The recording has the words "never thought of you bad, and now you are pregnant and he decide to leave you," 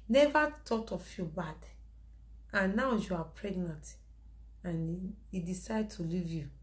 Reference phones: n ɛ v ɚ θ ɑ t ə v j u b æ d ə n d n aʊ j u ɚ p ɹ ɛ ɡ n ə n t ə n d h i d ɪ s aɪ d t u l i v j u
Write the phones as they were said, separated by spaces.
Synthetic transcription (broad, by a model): n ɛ v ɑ t ɑ t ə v j u b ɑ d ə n n aʊ j u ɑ p ɹ ɛ ɡ n ə n t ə n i d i s aɪ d t u l i v j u